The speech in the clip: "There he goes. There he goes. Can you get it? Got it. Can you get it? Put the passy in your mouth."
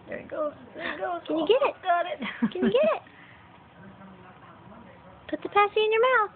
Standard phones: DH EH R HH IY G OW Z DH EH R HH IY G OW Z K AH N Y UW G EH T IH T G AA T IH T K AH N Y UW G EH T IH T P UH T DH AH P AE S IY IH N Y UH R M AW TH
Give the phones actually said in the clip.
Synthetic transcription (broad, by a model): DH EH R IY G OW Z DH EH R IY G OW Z K AH N Y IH G EH T IH T G AA T IH T K AH N Y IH G EH T IH T P UH T DH AH P AE S IY IH N Y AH R M AW TH